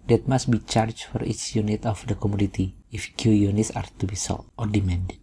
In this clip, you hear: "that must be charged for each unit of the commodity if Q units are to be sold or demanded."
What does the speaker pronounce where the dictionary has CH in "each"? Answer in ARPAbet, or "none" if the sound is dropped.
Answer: S